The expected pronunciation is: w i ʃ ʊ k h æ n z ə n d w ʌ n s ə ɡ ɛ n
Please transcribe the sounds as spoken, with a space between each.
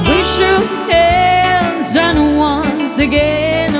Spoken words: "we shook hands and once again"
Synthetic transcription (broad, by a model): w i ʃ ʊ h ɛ l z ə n w ʌ n s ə ɡ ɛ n